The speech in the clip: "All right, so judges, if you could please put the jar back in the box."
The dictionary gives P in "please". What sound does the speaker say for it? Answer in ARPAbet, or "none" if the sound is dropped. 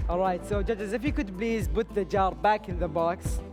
B